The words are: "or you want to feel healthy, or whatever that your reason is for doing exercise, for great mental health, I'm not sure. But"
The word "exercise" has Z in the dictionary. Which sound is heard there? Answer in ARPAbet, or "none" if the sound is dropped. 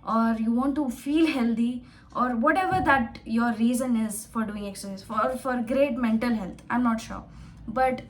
none